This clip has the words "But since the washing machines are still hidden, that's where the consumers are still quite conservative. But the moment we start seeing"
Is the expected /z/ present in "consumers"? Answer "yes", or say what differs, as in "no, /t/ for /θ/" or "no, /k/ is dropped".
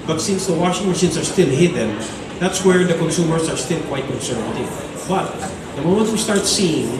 no, /s/ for /z/